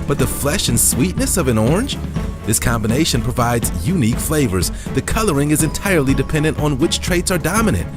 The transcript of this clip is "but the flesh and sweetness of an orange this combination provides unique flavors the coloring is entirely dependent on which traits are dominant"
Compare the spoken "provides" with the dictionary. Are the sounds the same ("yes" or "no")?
yes